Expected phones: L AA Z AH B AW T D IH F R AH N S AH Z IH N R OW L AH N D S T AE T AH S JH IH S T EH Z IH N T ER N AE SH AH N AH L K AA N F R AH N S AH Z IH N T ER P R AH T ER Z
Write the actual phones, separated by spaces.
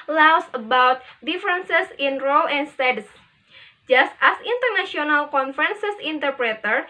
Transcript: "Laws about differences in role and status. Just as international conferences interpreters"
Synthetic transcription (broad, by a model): L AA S AH B AW T D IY F R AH N S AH S IH N R OW L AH N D S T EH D S JH IH S T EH S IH N T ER N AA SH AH N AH L K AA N F R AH N S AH S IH N T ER P R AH T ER